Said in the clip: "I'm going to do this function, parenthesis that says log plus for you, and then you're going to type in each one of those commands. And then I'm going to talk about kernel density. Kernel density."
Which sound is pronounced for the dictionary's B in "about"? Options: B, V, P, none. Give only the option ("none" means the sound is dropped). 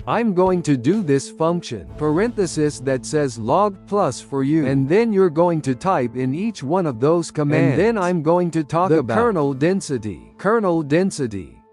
none